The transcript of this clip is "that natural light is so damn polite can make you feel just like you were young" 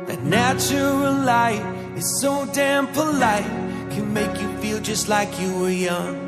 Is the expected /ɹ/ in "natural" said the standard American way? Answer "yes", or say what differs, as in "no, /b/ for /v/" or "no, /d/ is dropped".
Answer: no, /ɹ/ is dropped